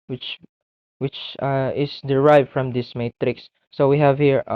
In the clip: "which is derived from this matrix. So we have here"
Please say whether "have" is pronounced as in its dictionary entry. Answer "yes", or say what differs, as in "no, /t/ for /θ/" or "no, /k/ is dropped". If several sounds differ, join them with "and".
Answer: yes